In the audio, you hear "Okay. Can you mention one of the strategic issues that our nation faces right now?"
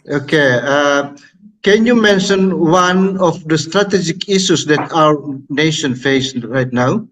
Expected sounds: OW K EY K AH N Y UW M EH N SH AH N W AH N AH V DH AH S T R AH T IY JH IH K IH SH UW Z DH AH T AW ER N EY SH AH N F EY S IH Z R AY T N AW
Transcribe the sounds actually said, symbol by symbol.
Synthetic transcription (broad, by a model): OW K EY K AH N Y UW M EH N SH AH N W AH N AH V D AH S T R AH T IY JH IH K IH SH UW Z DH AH T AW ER N EY SH AH N F EY IH S R AY T N AW